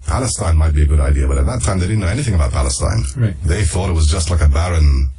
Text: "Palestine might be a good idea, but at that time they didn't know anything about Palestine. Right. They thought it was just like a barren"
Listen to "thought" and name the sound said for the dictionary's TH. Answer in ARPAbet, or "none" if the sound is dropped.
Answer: TH